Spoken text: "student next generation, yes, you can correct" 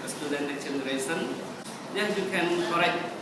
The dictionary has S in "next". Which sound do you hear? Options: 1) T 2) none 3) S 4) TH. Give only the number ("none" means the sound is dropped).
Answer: 2